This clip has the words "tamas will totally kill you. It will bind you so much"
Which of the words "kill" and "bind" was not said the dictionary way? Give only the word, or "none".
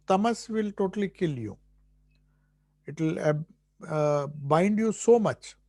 none